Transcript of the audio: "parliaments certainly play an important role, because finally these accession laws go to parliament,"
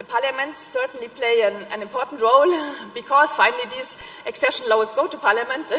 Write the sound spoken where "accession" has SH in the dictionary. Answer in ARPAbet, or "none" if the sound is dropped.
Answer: SH